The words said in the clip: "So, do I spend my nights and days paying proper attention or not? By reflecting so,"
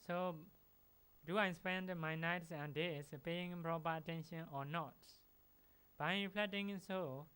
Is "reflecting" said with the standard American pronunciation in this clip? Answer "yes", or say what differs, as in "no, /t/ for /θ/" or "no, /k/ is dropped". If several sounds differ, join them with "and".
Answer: no, /k/ is dropped